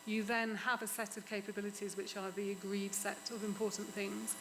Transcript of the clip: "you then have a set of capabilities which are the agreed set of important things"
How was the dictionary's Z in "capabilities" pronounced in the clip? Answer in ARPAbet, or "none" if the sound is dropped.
Z